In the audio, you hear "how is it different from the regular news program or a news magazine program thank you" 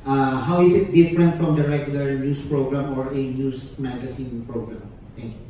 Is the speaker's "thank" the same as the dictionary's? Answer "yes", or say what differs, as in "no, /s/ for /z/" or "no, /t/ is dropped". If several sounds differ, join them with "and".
no, /t/ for /θ/